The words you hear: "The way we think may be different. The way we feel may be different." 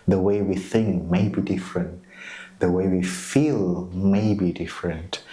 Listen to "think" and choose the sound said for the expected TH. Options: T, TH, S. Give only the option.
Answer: TH